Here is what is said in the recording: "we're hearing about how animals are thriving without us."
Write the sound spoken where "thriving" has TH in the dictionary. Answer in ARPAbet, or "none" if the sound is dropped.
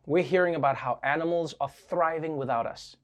TH